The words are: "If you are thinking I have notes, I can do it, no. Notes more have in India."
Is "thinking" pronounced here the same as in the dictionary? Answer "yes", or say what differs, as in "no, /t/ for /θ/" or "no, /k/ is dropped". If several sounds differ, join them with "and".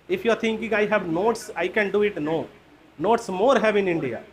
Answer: no, /t/ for /θ/